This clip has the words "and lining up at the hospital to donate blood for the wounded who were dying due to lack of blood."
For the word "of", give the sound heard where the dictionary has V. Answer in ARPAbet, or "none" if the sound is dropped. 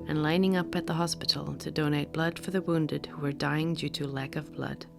V